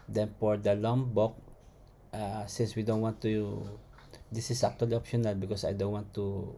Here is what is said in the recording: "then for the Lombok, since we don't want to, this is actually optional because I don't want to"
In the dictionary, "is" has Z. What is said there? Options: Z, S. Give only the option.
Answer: S